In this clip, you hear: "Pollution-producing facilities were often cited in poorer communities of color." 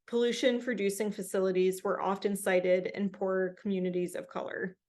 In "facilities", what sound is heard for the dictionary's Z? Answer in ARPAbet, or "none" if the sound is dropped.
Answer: Z